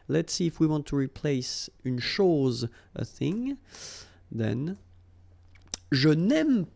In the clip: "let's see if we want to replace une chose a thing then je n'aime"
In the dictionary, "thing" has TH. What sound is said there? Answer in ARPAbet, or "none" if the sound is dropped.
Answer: TH